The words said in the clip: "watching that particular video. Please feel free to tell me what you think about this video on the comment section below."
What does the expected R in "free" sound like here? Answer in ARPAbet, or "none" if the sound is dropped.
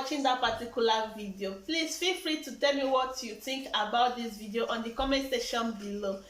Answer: R